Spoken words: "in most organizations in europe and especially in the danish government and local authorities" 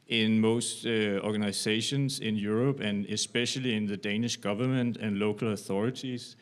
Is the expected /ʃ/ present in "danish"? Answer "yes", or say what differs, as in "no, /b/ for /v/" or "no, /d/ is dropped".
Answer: yes